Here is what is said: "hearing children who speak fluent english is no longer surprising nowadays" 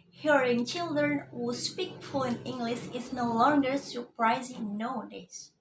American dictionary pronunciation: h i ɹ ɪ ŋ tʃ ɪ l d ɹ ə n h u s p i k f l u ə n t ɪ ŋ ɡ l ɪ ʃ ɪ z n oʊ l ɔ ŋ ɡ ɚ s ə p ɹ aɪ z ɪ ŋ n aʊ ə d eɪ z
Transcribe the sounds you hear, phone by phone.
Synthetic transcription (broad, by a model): h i ɹ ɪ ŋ tʃ ɪ l d ɹ ə n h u s p i k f u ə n ɪ ŋ ɡ l ɪ ʃ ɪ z n oʊ l ɔ ŋ ɡ ɚ s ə p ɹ aɪ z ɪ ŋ n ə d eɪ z